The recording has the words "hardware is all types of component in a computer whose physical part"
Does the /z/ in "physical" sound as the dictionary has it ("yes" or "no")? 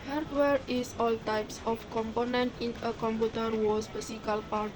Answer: no